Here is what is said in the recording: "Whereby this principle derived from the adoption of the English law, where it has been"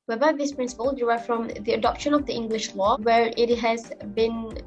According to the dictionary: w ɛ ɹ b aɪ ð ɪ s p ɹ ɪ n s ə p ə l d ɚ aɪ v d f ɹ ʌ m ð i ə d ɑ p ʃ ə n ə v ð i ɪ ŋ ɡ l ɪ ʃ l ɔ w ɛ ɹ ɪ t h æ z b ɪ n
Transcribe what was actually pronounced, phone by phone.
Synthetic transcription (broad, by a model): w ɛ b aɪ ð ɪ s p ɹ ɪ n s ə p ə l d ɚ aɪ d f ɹ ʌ m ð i ə d ɑ p ʃ ə n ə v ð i ɪ ŋ ɡ l ɪ ʃ l ɔ w ɛ ɹ ɪ t h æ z b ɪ n